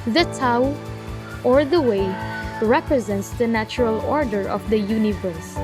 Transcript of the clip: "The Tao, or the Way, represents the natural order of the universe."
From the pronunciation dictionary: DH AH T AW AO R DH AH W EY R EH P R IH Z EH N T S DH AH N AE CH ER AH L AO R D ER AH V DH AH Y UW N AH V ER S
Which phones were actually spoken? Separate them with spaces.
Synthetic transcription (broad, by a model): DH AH T AW AO R DH AH W EY R EH P R IH Z EH N T S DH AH N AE CH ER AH L AO R D ER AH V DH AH Y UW N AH V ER S